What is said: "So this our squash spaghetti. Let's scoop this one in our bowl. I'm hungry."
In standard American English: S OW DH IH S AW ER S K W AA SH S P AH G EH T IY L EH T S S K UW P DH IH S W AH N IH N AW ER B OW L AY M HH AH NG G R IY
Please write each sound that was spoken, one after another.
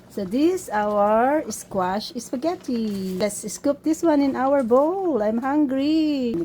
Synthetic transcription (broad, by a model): S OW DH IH S AW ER S K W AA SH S F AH G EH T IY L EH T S S K UW P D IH S W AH N IH N AW ER B OW L AY M HH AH NG G R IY